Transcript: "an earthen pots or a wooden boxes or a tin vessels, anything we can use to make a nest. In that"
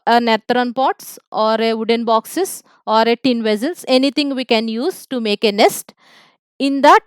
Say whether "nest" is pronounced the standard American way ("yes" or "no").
yes